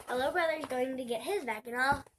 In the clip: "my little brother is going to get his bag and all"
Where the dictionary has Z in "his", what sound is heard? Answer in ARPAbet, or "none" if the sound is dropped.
Z